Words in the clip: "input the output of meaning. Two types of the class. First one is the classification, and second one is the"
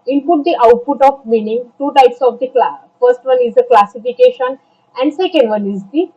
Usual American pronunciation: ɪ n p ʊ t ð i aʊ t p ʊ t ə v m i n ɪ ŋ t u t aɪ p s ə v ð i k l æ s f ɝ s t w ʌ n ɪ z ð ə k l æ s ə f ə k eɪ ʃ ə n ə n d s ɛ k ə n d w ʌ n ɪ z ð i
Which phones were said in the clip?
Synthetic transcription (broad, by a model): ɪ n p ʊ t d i aʊ t p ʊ t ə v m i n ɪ ŋ t u t aɪ p s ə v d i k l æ f ɝ s t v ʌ n ɪ z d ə k l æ s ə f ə k eɪ ʃ ə n ə n d s ɛ k ə n d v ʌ n ɪ z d i